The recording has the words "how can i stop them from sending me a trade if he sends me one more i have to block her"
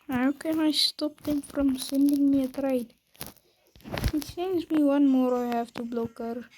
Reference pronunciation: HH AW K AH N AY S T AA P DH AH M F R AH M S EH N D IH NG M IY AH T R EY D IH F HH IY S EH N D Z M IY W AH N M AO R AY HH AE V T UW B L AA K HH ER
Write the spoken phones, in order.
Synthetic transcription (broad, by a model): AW K AH N AY S T AA P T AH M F R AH M S EH N D IH NG M IY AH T R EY IH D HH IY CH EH N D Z M IY W AH N M AO R AY HH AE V T UW B L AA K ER